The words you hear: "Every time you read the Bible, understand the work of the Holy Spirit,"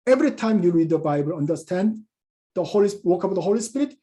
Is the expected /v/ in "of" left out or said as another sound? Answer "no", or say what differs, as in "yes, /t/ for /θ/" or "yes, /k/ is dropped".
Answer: yes, /w/ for /v/